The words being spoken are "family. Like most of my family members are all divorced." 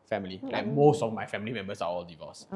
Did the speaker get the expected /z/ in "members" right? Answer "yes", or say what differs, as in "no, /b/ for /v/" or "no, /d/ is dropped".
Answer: no, /s/ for /z/